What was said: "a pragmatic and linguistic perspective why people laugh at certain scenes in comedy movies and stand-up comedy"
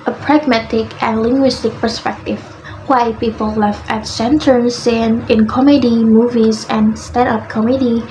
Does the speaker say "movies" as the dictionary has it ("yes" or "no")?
yes